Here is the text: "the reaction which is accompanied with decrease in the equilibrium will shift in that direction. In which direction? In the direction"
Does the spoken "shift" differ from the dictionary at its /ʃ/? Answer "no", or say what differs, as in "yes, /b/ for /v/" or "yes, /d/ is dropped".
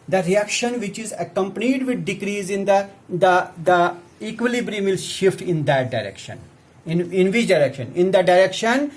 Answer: no